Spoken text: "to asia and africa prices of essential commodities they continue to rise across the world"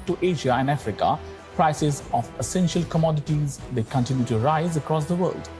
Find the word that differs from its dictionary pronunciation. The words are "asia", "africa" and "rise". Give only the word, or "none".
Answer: none